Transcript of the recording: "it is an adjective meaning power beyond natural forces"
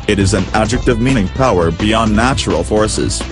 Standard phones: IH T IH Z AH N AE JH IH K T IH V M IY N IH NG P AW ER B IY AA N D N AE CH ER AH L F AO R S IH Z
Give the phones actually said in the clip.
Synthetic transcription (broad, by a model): IH T IH Z AH N AE JH IH K T IH V M IY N IH NG P AW ER B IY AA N N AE CH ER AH L F AO R S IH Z